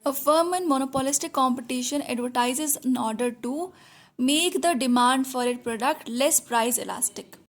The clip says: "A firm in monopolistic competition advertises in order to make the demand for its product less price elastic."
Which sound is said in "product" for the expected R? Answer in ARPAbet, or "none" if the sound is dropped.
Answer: R